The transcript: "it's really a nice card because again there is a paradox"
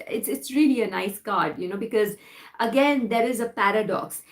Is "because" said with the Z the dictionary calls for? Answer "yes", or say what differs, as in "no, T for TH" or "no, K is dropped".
yes